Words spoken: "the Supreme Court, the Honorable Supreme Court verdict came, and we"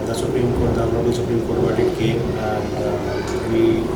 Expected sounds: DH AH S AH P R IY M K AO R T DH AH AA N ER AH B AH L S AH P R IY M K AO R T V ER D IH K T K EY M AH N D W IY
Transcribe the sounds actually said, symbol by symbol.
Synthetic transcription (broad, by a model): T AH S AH P R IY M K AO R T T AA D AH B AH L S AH P R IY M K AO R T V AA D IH T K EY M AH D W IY